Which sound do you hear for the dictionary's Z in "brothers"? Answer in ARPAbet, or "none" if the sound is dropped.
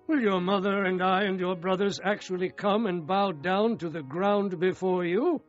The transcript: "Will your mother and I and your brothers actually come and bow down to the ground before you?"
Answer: Z